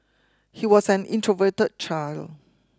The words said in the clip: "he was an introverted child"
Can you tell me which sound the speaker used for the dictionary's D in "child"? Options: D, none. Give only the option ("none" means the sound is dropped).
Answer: none